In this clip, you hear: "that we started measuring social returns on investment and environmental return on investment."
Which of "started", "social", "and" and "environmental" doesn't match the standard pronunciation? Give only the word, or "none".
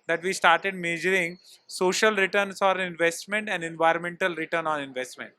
none